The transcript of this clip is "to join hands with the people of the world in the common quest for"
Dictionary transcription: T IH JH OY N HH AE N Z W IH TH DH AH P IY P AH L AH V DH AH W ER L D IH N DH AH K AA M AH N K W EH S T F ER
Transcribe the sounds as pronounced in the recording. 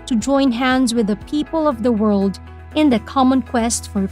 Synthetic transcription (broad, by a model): T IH JH OY N HH AE N Z W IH DH AH P IY P AH L AH V DH AH W ER L D IH N DH AH K AA M AH N K W EH S T F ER